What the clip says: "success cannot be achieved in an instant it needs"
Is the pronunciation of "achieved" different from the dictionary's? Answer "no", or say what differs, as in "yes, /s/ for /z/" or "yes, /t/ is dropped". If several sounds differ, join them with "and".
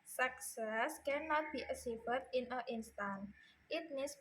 yes, /s/ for /tʃ/